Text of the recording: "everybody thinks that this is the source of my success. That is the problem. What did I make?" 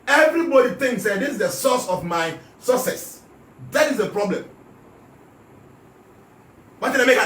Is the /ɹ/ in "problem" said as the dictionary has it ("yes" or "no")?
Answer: yes